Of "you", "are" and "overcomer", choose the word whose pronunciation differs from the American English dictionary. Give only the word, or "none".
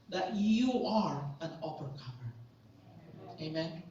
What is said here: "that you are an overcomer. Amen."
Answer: overcomer